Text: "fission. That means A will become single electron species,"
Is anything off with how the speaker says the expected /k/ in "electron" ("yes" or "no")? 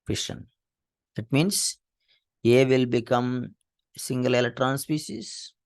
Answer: yes